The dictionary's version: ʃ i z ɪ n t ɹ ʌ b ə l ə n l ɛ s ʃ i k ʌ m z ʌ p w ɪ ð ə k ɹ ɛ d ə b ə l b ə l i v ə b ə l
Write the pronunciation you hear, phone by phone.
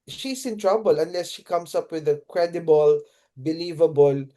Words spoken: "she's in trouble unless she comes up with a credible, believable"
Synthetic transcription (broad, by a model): ʃ i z ɪ n t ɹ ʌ b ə l ə n l ɛ s ʃ i k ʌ m s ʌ p w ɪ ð ə k ɹ ɛ d ə b ə l b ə l i v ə b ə l